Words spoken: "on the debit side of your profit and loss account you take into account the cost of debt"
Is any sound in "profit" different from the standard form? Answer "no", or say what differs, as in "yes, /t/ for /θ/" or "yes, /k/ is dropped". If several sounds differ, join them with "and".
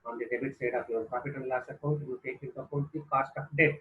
yes, /p/ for /f/